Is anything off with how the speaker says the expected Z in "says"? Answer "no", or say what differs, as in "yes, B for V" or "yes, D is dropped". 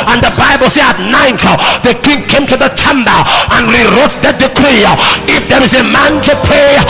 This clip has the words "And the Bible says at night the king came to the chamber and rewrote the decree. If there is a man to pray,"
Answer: yes, Z is dropped